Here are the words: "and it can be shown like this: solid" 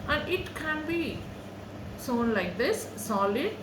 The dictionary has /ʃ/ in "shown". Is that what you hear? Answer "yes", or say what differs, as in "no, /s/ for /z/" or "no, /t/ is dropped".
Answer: no, /s/ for /ʃ/